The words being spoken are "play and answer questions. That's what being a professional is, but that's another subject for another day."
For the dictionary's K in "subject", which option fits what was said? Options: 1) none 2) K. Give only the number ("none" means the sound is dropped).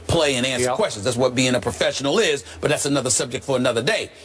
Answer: 2